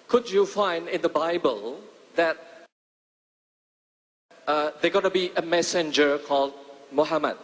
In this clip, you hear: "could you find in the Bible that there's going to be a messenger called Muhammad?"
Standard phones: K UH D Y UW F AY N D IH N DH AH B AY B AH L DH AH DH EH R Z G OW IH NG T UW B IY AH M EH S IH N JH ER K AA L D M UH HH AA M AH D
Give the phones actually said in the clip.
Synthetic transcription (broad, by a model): K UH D Y UW F AY N D IH N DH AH B AY B AH L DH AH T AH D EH G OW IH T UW B IY AH M EH S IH N JH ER K AA L D M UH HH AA M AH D